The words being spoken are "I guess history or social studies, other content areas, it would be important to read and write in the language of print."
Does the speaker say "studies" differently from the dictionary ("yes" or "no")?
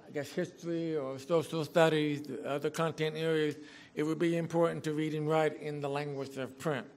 no